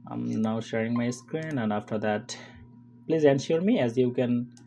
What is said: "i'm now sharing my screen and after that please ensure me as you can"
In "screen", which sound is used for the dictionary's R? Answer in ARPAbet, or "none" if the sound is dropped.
R